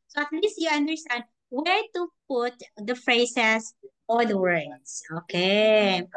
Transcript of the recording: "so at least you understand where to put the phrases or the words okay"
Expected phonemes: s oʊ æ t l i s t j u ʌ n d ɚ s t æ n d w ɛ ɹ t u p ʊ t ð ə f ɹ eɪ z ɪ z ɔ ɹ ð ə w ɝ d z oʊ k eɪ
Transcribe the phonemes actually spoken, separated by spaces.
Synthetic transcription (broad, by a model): s oʊ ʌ t l i s t j u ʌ n d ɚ s t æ n d w ɛ ɹ t u p ʊ t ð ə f ɹ eɪ s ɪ s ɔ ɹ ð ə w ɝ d s oʊ k eɪ